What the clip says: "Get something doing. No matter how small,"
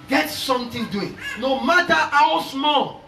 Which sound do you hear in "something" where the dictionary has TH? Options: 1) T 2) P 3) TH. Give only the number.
1